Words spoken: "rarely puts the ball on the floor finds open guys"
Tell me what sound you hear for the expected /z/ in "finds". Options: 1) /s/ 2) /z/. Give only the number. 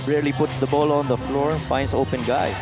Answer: 1